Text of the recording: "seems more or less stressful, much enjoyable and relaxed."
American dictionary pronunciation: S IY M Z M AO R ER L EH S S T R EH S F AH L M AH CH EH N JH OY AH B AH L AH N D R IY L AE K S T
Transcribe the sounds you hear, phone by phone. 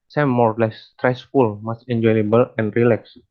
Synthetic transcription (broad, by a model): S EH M M AO R L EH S S T R EH S F AH L M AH S EH N JH OY AH B AH L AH N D R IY L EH K S